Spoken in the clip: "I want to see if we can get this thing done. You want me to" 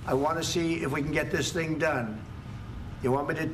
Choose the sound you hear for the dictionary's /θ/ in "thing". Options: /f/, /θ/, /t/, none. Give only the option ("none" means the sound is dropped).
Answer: /θ/